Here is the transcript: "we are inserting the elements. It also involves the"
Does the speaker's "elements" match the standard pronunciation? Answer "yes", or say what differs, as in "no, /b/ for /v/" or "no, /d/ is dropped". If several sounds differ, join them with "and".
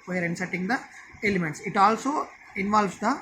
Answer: yes